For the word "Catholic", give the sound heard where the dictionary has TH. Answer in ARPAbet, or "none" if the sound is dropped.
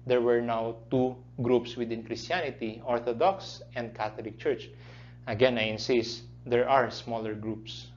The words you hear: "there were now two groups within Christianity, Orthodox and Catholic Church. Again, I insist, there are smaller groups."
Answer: T